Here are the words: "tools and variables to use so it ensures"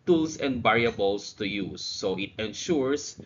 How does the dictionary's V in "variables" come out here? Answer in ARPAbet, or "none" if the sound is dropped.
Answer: B